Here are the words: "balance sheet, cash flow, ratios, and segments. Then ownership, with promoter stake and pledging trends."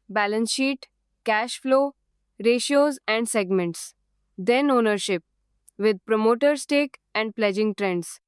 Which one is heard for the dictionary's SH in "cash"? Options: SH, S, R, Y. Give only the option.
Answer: SH